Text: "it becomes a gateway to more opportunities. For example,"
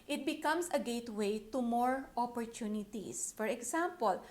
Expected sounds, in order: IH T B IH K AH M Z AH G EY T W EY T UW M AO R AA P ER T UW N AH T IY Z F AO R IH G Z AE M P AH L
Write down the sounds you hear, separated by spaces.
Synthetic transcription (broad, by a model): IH T B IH K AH M S AH G EY T W EY T UW M AO R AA P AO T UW N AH T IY S F AO R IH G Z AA M P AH L